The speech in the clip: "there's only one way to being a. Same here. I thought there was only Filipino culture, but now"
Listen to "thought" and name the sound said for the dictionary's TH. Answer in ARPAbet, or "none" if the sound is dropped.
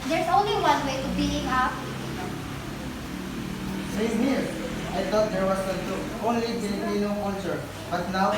T